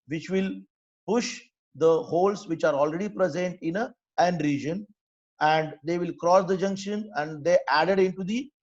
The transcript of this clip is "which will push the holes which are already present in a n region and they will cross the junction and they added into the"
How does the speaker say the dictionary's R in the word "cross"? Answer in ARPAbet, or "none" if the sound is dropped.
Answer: R